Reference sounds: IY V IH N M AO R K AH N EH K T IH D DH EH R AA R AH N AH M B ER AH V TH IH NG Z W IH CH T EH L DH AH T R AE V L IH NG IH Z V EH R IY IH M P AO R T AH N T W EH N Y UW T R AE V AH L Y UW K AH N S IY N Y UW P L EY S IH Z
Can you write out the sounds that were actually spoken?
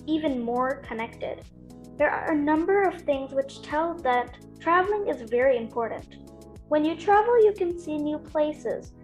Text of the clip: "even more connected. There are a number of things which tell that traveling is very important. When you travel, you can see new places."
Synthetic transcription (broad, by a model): IY V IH N M AO R K AH N EH K T IH D DH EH R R AH N AH M B ER AH V TH IH NG Z W IH CH T EH L DH AH T R AE V L IH NG IH Z V EH R IY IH M P AO R T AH N T W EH N Y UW T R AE V L Y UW K AH N S IY N Y UW P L EY S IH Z